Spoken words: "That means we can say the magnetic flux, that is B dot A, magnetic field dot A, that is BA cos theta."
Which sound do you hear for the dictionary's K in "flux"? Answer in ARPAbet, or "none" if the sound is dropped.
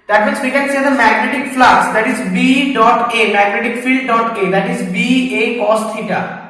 none